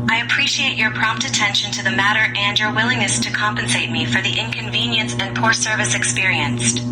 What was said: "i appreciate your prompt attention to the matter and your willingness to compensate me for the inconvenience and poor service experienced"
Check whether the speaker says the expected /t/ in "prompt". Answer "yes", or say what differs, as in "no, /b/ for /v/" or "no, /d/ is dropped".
yes